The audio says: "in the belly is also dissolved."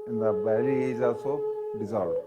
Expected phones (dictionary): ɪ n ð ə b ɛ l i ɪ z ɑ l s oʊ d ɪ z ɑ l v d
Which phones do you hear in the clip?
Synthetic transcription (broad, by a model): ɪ n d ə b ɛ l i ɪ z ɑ s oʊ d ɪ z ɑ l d